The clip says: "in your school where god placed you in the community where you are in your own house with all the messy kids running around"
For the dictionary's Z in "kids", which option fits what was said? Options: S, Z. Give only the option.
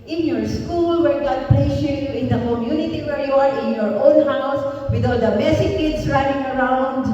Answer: S